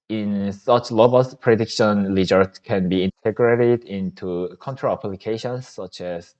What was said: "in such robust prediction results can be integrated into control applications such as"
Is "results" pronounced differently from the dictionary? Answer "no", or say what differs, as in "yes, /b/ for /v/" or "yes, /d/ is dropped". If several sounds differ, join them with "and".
yes, /l/ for /ɹ/ and /s/ is dropped